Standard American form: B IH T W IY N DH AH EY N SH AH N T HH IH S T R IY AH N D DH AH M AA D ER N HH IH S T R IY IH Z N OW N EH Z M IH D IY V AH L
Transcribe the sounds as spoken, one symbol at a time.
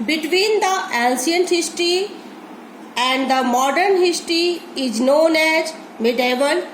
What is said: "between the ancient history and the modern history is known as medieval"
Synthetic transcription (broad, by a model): B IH T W IY N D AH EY N S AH N HH IH S T R IY AH N D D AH M AA D ER N HH IH S T R IY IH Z N OW N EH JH M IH D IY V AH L